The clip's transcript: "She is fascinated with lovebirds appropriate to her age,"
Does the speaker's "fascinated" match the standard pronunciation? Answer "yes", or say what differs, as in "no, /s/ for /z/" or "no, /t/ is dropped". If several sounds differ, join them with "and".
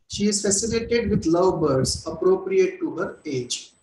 no, /l/ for /n/